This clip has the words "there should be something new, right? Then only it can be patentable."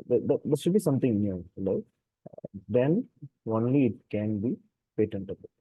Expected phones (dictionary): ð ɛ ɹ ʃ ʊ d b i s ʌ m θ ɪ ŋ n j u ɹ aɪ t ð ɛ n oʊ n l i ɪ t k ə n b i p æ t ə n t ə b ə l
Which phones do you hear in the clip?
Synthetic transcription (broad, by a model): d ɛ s ʃ ʊ d b i s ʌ m t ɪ ŋ n j u l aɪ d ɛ n oʊ n l i ɪ t k ə n b i p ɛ t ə n t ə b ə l